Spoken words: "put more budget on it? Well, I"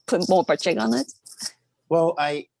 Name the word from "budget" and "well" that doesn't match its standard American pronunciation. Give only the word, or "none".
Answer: budget